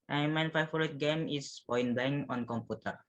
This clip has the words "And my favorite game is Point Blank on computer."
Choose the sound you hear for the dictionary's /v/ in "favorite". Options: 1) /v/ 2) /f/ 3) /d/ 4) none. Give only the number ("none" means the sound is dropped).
4